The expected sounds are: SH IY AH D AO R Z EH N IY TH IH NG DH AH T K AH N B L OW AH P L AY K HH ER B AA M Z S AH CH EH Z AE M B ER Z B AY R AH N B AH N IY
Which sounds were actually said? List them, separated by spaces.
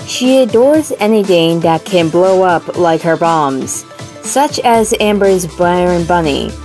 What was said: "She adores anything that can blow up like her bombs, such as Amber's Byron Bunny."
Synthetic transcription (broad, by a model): SH IY AH D AO R Z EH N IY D IH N DH AH T K AH N B L OW AH P L AY K HH ER B AA M Z S AH CH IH Z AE M B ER Z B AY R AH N B AH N IY